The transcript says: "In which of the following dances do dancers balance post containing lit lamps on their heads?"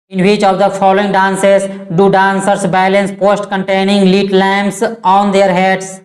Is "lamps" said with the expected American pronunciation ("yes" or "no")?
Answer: no